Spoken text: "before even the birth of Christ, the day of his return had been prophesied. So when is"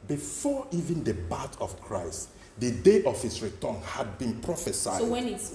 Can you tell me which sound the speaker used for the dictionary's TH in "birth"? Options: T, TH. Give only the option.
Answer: T